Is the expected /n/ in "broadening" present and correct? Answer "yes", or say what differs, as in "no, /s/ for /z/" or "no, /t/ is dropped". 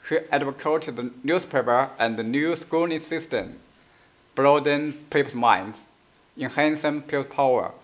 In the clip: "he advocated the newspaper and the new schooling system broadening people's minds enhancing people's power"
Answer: no, /n/ is dropped